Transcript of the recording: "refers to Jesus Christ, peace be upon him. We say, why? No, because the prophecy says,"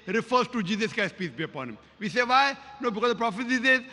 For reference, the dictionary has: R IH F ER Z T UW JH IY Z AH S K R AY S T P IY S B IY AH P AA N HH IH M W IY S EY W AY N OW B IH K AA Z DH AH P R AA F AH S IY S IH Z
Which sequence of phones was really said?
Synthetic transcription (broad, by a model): R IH F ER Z T UW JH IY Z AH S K AY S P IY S B IY AH P AA N HH IH M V IY S EY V AY N OW B IH K AA Z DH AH P R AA F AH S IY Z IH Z